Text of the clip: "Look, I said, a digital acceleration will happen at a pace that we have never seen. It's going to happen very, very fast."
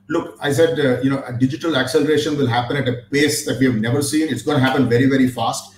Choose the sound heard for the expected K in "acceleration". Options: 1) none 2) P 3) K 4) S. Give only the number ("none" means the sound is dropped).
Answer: 3